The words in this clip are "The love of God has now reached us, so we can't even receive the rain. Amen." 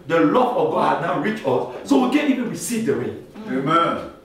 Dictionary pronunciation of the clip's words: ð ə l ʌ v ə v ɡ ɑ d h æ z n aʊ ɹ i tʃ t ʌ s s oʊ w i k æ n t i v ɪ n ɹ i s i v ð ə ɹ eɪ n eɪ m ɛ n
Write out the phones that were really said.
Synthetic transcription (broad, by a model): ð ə l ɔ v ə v ɡ ɑ d h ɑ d n aʊ ɹ i tʃ ɔ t s oʊ w i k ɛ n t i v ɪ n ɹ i s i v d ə ɹ eɪ n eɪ m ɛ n